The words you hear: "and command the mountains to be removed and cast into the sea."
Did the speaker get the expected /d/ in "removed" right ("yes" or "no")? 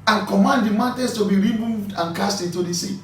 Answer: yes